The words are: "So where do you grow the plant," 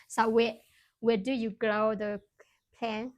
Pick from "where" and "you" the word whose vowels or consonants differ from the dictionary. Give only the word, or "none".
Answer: where